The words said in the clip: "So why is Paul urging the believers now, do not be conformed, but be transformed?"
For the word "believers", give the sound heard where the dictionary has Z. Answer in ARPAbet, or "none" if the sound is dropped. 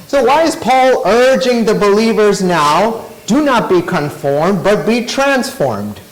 Z